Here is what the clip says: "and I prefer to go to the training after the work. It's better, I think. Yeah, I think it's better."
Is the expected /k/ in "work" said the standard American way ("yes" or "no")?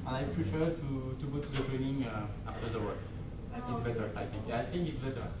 no